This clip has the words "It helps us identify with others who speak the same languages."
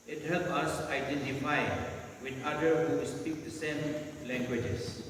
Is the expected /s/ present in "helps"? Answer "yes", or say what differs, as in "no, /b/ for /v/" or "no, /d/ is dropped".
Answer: no, /s/ is dropped